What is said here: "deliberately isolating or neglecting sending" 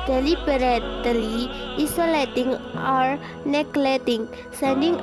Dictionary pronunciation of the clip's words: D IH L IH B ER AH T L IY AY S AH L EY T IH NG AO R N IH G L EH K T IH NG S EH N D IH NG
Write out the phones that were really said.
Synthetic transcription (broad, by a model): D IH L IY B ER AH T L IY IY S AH L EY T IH NG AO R N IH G L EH T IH NG S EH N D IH NG